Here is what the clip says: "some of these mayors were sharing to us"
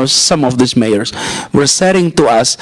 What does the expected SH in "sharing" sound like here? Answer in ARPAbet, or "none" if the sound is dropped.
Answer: S